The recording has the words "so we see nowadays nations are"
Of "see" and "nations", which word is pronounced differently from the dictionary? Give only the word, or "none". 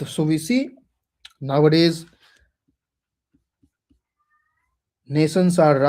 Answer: nations